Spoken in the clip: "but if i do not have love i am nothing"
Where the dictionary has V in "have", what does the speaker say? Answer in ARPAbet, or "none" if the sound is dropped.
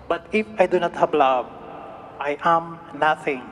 B